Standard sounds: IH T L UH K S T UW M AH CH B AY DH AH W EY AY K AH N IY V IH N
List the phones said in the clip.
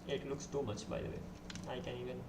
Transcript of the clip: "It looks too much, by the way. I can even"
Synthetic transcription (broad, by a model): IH T L UH K S T UW M AH CH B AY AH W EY AY K AH N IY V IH N